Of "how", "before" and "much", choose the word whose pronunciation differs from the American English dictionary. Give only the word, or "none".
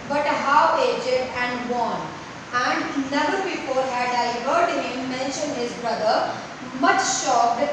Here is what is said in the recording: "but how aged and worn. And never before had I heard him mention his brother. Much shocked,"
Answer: before